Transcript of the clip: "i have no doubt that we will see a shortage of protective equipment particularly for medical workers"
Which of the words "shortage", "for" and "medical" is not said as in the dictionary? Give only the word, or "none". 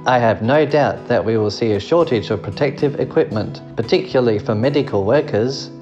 none